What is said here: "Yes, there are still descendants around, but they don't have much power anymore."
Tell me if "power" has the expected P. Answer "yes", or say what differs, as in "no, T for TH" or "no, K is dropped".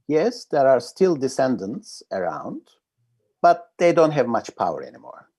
yes